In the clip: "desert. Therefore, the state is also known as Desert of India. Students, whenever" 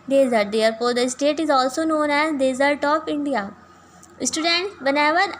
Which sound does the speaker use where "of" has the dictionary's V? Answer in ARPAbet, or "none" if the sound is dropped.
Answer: P